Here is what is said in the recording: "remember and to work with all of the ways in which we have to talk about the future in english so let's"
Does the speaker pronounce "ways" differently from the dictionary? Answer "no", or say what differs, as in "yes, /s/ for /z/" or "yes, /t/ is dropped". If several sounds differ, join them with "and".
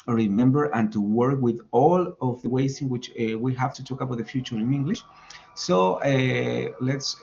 yes, /s/ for /z/